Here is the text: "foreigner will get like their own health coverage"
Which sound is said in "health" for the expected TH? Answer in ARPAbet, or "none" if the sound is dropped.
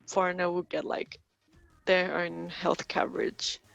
TH